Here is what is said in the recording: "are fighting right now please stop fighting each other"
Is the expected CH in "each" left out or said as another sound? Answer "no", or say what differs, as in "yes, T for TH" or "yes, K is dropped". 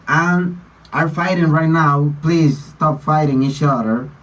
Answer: yes, SH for CH